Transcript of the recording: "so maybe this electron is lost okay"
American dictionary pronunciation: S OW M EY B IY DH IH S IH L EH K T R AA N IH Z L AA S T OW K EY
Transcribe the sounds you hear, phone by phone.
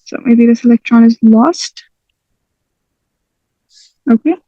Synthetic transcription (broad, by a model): S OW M EY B IY DH IH S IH L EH K T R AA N IH Z L AA S T OW K EY